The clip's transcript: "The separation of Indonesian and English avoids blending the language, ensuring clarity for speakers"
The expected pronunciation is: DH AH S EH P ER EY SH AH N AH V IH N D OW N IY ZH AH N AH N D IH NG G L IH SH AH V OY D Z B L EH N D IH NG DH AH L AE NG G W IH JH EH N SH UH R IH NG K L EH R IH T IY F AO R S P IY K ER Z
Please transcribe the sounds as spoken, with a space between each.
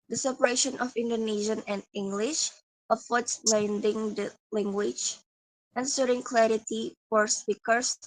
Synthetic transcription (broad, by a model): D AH S EH P ER EY SH AH N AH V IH N D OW N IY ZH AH N AH N D IH NG G L IH SH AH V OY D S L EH N D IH NG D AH L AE NG G W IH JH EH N S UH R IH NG K L EH R IH T IY F AO R S P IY K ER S